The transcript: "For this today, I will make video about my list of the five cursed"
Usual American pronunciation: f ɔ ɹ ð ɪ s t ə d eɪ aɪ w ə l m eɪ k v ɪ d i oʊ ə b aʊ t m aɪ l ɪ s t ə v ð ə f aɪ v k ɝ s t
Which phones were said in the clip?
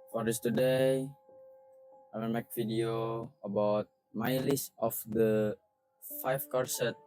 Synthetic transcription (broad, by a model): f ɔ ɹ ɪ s t ə d eɪ aɪ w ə n m eɪ k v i d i oʊ ə b aʊ t m aɪ l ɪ s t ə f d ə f aɪ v k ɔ s t